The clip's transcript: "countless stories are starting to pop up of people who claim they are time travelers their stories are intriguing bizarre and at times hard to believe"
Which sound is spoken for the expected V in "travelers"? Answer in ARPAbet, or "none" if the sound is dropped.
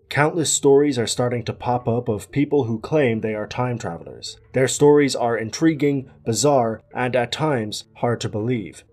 V